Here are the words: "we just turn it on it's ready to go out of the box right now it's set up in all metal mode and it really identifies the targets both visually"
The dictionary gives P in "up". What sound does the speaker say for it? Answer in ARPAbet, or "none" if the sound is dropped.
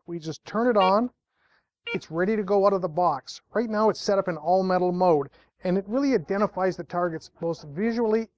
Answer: P